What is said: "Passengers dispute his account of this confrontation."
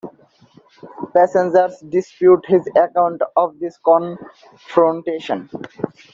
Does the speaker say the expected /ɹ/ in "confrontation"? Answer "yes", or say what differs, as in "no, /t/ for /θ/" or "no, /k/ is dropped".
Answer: yes